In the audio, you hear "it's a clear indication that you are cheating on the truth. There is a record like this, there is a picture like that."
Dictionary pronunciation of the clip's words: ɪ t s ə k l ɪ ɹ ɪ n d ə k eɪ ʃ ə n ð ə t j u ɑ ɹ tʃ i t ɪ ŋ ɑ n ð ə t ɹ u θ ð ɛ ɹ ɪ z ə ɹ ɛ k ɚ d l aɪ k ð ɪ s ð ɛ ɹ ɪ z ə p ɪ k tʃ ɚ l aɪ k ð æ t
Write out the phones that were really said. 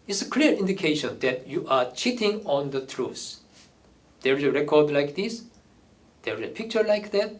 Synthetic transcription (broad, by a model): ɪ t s ə k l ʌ ɹ ɪ n d ə k eɪ ʃ ə n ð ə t j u ɑ ɹ tʃ i t ɪ ŋ ɑ n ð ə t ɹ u s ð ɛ ɹ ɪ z ə ɹ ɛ k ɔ d l aɪ k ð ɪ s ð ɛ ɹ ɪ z ə p ɪ k tʃ ɚ l aɪ k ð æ t